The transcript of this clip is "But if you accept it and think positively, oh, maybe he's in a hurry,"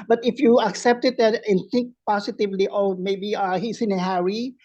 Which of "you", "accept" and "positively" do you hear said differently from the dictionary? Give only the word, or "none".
positively